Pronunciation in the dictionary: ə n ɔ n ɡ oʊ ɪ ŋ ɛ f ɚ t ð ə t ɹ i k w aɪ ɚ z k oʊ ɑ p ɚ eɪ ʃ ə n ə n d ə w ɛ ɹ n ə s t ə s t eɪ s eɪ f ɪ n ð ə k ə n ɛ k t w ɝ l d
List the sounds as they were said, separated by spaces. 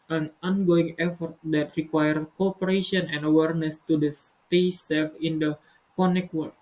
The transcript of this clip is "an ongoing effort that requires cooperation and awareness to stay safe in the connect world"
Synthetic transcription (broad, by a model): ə n ɔ n ɡ oʊ ɪ ŋ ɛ f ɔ t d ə t ɹ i k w aɪ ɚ k oʊ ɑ p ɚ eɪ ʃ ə n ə n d ə w ɛ ɹ n ə s t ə s t eɪ s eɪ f ɪ n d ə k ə n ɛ k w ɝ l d